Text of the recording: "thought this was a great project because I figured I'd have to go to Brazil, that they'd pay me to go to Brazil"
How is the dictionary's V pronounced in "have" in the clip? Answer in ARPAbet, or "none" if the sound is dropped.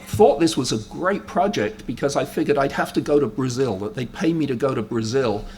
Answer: F